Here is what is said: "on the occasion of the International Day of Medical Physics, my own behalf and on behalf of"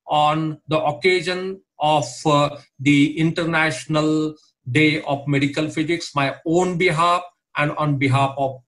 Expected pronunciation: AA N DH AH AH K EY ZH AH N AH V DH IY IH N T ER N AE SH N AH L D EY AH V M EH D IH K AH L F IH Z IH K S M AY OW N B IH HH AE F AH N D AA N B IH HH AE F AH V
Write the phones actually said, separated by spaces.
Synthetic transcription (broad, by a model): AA N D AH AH K EY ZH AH N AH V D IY IH N T ER N AE SH N AH L D EY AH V M EH D IH K AH L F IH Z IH K S M AY OW N B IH HH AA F AH N D AA N B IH HH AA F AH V